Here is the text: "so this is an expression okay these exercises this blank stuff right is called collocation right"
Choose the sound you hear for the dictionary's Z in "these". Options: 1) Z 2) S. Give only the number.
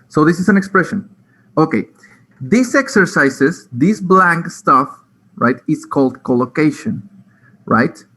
2